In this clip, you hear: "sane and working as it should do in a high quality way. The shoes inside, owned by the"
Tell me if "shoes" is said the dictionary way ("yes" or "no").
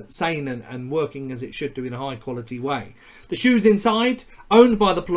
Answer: yes